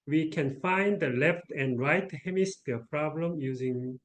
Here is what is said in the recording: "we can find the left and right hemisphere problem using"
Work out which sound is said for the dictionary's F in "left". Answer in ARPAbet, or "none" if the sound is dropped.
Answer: F